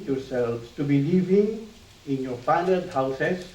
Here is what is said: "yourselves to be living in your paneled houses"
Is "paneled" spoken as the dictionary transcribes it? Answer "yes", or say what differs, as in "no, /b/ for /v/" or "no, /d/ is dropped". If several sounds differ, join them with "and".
no, /l/ is dropped